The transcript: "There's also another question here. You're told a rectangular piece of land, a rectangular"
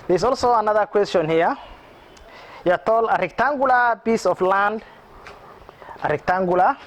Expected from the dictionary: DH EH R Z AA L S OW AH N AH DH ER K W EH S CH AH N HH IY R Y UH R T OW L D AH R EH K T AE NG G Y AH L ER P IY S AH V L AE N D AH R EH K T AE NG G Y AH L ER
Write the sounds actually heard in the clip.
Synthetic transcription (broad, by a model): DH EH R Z AA L S OW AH N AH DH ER K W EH S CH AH N HH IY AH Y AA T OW L AH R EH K T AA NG G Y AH L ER B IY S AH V L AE N D AH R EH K T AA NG G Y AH L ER